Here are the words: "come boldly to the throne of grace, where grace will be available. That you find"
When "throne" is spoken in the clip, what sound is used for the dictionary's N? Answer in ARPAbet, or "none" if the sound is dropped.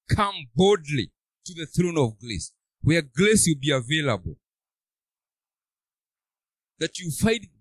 N